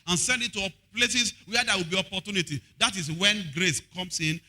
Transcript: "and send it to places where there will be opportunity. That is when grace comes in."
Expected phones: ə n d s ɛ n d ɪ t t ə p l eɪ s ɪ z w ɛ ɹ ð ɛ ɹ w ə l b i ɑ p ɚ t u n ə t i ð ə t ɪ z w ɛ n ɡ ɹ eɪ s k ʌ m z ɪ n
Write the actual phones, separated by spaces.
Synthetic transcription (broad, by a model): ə n s ɛ n d ɪ t t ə p l eɪ s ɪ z w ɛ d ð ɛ w ə l b i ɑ p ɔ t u n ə t i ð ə t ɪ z w ɛ n ɡ ɹ eɪ s k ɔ m s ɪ n